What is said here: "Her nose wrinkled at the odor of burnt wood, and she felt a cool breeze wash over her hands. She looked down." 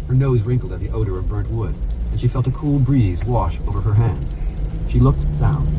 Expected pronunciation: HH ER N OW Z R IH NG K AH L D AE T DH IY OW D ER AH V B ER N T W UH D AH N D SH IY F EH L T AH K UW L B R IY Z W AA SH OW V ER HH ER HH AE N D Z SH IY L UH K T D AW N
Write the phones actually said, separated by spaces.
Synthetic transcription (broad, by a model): HH ER N OW Z R IH NG K L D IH T DH IY OW D ER AH V B ER N T W UH D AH N SH IY F EH L T AH K UW L B R IY Z W AA SH OW V ER ER HH AE N D Z SH IY L UH K T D AW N